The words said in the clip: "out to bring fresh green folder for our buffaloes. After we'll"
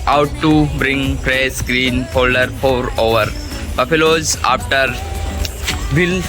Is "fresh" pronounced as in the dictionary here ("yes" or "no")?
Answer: no